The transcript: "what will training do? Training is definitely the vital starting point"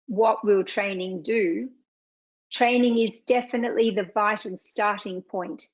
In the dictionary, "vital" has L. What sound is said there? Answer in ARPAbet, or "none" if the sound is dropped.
N